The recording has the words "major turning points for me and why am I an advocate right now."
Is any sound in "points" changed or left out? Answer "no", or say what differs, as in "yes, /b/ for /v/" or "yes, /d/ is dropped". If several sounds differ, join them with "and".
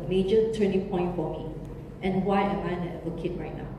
yes, /s/ is dropped